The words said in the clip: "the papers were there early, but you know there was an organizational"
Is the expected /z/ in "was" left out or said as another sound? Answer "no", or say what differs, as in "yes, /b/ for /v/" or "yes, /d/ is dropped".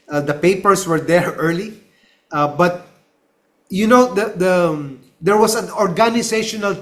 yes, /s/ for /z/